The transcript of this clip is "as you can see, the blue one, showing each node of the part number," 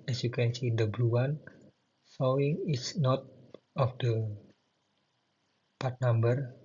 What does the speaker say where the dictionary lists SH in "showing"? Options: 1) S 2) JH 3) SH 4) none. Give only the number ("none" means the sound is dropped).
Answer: 1